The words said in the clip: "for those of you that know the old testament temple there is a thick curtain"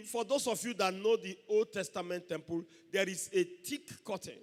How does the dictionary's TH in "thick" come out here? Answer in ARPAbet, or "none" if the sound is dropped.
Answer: T